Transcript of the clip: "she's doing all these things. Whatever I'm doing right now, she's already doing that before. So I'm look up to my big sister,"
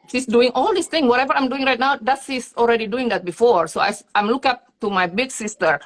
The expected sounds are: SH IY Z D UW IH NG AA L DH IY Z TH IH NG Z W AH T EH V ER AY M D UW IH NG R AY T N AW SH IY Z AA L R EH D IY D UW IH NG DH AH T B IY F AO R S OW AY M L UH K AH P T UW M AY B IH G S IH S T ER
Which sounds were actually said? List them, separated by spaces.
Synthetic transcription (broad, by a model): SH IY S D UW IH NG AA L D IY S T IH NG W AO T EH V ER AY M D UW IH NG R AY T N AW S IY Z AA L R EH D IY D UW IH NG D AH T B IY F AO R S OW AY M L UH K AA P T UW M AY B IH G S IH S T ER